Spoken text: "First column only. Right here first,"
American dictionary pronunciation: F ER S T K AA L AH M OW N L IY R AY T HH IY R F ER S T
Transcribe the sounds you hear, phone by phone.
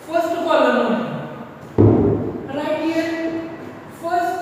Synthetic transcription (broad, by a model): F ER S T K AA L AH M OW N IY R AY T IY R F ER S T